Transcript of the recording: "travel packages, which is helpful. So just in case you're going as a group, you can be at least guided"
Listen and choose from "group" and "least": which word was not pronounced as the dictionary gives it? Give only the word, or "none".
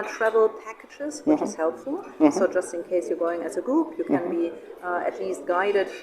group